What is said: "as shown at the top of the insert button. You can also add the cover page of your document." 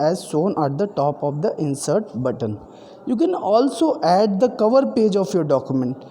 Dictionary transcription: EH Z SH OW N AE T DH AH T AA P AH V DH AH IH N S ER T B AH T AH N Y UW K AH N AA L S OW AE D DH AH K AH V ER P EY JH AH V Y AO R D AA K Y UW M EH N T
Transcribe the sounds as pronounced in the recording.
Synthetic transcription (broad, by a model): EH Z S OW N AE T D AH T AA P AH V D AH IH N S ER T B AH T AH N Y UW K AH N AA L S OW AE D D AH K AH V ER P EY JH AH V Y AO R D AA K Y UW M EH N T